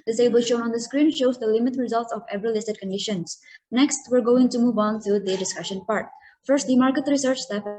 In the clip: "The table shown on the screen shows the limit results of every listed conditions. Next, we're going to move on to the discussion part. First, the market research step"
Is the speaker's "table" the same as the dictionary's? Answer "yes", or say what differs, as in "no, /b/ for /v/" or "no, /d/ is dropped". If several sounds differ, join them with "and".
no, /s/ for /t/